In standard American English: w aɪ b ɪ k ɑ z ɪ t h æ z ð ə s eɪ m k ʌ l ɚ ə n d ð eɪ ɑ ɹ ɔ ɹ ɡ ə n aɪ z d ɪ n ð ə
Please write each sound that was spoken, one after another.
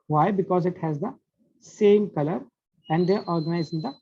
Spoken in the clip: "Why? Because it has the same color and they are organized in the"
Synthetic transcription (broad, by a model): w aɪ b ɪ k ɑ z ɪ t h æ z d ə s eɪ m k ʌ l ɚ ə n d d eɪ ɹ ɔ ɹ ɡ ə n aɪ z ɪ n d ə